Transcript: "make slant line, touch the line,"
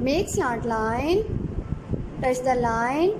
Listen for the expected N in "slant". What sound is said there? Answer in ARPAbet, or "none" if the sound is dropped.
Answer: none